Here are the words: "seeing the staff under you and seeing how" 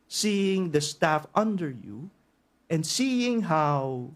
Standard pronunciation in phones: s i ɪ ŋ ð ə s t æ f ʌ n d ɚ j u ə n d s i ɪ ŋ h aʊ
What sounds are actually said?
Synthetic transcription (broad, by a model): s i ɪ ŋ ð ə s t æ f ʌ n d ɚ j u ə n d s i ɪ ŋ h aʊ